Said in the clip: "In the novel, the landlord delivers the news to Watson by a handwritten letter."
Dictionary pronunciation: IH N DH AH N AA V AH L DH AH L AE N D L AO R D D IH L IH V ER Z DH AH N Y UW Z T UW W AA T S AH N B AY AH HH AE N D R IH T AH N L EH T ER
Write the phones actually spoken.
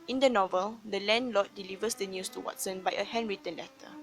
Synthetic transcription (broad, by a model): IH N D AH N AA V AH L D AH L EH N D L AO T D D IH L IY V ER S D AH N Y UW S T UW W AA T S AH N B AY AH HH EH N R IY T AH N L EH T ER